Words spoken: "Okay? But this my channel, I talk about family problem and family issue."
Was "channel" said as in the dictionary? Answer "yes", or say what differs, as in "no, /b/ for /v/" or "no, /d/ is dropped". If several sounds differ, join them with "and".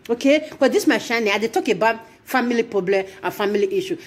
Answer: no, /ʃ/ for /tʃ/